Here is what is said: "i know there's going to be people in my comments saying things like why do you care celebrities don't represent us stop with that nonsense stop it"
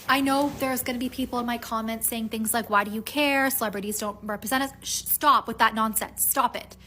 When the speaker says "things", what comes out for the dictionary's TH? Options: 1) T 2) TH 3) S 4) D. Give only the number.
2